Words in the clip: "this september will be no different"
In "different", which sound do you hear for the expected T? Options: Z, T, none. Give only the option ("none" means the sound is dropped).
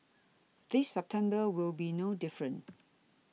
none